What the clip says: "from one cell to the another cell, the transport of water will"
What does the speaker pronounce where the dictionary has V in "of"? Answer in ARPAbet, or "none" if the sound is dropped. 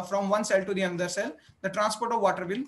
V